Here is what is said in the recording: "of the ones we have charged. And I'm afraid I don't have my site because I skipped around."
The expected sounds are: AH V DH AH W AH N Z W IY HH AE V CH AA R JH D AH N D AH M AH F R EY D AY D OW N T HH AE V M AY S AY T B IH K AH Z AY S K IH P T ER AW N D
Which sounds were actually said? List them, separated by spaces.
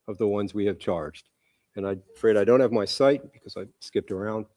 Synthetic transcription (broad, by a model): AH V DH AH W AH N Z W IY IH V CH AA R JH D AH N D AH AH F R EY D AY D OW N T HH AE V M AY S AY T B IH K AH Z AY S K IH P T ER AW N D